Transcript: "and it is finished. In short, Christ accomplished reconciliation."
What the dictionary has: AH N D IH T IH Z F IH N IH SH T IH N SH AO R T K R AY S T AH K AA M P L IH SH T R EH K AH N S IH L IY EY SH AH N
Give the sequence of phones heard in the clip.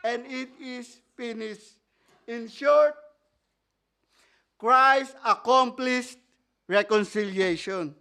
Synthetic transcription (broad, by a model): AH N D IH T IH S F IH N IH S IH N SH AO R T K R AY S AH K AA M P L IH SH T R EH K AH N S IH L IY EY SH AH N